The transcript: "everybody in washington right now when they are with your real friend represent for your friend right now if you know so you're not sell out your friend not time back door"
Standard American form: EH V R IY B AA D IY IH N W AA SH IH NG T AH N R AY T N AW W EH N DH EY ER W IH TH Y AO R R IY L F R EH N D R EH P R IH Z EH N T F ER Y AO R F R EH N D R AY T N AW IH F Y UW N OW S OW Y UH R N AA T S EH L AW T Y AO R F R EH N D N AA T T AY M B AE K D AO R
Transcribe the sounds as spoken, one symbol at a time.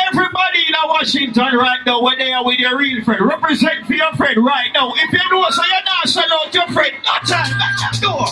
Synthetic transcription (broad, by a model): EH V R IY B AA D IY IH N W AA SH IH NG T AH N R AY T N AW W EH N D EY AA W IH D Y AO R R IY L F R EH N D R EH P R IH Z EH N T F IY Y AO F R EH N D R AY T N AW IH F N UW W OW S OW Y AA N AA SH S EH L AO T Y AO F R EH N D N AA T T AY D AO